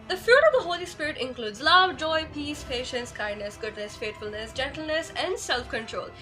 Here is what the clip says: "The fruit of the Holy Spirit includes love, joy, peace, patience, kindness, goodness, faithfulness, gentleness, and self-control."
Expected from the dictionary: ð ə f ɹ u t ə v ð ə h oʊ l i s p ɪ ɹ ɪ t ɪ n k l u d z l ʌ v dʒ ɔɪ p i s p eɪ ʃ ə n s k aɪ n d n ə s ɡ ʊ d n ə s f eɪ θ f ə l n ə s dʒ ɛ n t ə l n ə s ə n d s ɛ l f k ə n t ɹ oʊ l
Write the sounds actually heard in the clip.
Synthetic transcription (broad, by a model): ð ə f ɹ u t ə v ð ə h oʊ l i s p ɪ ɹ ɪ t ɪ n k l u d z l ʌ v dʒ ɔɪ p i s p eɪ ʃ ə n s k aɪ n d n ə s ɡ ʊ d n ə s f eɪ t f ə l n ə s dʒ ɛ n t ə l n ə s ə n d s ɛ l f k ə n t ɹ oʊ l